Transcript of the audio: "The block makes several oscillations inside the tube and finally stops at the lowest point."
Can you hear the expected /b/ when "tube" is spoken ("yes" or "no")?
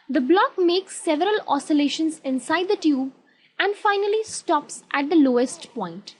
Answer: yes